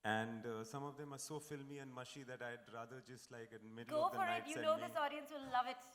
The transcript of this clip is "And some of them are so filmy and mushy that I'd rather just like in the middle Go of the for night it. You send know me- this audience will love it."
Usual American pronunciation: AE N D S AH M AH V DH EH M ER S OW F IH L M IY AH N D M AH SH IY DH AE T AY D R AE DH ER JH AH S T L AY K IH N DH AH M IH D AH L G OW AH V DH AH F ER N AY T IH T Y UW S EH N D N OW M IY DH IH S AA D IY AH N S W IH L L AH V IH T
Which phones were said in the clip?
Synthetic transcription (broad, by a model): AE N D S AH M AH V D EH M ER S OW F IH L M IY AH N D M AH SH IY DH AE T AY D R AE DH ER JH AH S T L AY K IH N M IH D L G OW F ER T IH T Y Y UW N N OW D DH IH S AA D IY AH N S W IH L L AH V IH T